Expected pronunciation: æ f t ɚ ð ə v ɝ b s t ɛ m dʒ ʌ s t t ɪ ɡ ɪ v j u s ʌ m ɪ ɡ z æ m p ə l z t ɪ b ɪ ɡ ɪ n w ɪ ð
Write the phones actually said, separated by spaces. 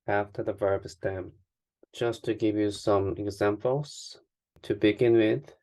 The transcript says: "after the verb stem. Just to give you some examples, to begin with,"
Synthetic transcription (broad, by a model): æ f t ɚ ð ə v ɝ b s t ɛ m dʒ ʌ s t t ɪ ɡ ɪ v j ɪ s ʌ m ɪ ɡ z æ m p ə l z t ɪ b ɪ ɡ ɪ n w ɪ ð